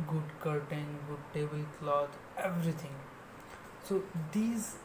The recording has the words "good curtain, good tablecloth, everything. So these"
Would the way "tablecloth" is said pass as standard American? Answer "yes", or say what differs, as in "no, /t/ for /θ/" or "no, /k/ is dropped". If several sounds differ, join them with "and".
no, /t/ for /θ/